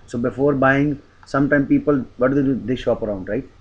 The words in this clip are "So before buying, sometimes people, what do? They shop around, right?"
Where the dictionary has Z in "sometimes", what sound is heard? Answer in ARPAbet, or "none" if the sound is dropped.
none